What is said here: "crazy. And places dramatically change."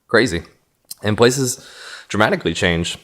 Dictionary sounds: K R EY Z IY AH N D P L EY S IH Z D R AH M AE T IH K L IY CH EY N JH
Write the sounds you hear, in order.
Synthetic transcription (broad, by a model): K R EY Z IY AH N P L EY S IH Z D R AH M AE T IH K L IY CH EY N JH